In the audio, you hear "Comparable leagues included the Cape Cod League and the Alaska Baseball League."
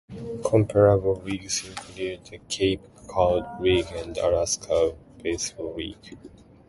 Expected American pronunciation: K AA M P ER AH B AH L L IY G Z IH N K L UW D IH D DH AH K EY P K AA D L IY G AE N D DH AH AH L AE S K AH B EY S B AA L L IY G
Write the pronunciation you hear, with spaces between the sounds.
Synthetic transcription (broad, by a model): K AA M P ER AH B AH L W IY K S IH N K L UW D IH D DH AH K EY P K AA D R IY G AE N D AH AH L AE S K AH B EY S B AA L W IY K